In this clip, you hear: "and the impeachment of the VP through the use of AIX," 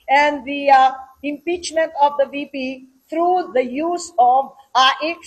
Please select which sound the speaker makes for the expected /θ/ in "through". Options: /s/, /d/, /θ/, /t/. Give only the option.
/t/